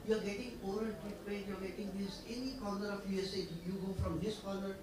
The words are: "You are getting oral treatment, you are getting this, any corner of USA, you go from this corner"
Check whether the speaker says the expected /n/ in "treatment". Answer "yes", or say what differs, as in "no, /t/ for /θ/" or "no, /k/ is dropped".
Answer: no, /n/ is dropped